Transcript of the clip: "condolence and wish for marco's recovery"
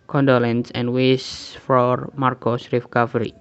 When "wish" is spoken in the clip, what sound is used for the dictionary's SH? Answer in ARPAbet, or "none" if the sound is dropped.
S